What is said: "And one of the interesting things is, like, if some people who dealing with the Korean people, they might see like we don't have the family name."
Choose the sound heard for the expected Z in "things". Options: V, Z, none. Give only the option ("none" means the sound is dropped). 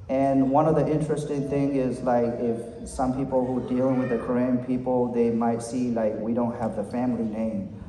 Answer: none